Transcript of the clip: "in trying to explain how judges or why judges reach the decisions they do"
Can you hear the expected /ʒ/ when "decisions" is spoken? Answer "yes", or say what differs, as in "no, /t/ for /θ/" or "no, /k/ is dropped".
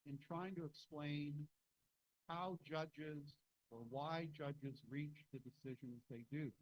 yes